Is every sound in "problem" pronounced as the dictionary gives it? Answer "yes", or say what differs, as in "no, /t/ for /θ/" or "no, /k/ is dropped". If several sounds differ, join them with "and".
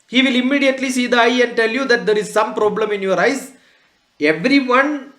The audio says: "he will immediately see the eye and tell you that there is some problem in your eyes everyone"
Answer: yes